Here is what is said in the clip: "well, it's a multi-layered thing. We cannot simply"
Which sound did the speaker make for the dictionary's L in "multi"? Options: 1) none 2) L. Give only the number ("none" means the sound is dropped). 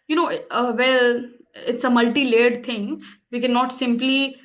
2